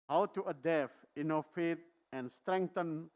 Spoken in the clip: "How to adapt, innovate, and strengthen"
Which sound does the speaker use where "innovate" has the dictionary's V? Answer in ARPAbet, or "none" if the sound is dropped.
F